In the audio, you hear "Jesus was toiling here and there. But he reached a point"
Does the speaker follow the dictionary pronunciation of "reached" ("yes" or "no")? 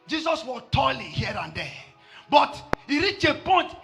no